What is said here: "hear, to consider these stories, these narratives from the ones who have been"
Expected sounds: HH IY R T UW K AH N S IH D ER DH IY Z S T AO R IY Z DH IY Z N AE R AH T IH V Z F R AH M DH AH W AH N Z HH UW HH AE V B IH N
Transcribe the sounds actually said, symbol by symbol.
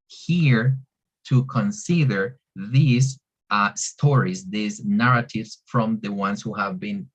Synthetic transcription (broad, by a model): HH IY R T UW K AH N S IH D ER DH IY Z S T AO R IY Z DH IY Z N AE R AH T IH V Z F R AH M DH AH W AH N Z HH UW HH AE V B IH N